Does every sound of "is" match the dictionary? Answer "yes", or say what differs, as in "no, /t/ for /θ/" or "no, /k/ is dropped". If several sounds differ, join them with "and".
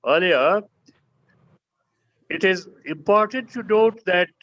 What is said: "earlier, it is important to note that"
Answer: yes